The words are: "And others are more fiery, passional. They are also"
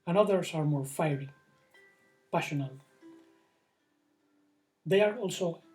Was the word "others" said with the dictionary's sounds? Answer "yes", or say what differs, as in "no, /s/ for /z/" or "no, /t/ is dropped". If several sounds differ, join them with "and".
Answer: no, /s/ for /z/